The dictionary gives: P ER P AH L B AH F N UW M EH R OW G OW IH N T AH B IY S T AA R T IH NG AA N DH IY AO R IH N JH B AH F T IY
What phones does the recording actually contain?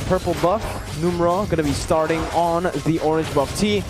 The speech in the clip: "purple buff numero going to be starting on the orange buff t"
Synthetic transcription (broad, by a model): P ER P L B AH F N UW M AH R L G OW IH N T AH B IY S T AA R T IH NG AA N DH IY AO R IH N JH B AH F T IY